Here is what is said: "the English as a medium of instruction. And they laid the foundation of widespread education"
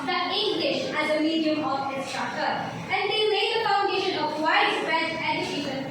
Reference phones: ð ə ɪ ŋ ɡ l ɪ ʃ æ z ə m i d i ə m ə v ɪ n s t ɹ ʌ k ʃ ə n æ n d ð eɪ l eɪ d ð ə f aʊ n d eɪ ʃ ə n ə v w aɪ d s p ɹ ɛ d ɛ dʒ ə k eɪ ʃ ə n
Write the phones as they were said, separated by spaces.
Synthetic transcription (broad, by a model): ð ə ɪ ŋ ɡ l ɪ ʃ æ z ə m i d i ə m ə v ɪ s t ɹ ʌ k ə æ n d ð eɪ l eɪ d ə f aʊ n d eɪ ʃ ə n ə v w aɪ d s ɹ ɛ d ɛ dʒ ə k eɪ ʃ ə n